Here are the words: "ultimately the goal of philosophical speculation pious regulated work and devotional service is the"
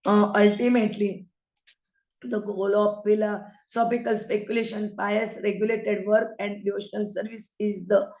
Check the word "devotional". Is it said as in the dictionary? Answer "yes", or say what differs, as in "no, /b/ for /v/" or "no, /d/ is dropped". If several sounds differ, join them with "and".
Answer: yes